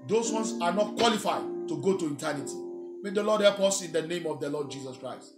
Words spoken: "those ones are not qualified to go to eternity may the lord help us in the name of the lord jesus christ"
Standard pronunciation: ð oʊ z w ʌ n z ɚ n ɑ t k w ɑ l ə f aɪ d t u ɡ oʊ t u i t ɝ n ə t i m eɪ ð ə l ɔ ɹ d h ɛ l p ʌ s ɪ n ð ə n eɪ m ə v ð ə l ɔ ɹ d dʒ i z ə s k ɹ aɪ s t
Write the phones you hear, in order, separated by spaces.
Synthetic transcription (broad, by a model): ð oʊ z w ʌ n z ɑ n ɑ t k w ɑ l ə f aɪ d t u ɡ oʊ t u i t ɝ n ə t i m eɪ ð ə l ɔ d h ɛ p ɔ s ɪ n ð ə n eɪ m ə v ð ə l ɔ d dʒ i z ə s k ɹ aɪ s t